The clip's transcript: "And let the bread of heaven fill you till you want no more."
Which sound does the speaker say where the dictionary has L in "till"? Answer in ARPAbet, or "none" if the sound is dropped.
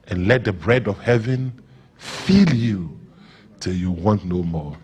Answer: L